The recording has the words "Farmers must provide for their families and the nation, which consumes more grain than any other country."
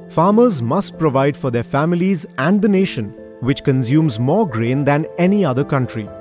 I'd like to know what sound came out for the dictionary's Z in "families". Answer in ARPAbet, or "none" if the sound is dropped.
Z